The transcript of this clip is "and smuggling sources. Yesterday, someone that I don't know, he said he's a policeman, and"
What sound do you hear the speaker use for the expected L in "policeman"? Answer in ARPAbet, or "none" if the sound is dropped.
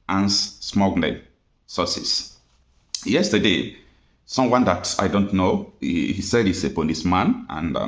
N